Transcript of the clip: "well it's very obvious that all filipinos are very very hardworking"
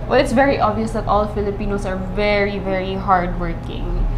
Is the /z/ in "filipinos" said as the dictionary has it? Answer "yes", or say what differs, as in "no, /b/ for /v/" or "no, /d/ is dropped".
no, /s/ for /z/